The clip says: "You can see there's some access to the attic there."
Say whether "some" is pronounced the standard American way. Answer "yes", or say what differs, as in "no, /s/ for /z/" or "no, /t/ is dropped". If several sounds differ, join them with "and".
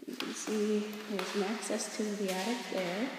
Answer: no, /m/ is dropped